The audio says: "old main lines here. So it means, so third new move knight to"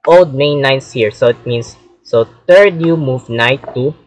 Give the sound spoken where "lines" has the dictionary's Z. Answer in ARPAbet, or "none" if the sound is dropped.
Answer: S